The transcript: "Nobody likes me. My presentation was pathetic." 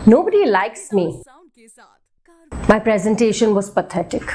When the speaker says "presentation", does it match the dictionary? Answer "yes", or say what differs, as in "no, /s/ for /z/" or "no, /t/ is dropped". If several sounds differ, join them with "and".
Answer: yes